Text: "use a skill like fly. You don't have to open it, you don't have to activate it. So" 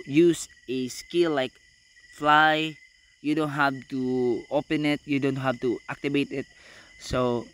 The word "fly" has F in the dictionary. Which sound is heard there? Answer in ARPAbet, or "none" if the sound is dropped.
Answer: F